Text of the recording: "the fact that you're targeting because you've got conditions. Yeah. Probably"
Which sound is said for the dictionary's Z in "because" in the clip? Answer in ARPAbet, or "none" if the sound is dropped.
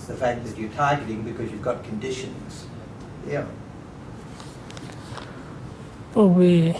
Z